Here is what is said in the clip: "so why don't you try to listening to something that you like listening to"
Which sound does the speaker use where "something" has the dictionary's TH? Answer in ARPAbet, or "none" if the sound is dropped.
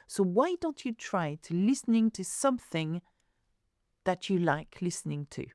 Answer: TH